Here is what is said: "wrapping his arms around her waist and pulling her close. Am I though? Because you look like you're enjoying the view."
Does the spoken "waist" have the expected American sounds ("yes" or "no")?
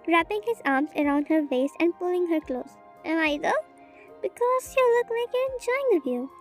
no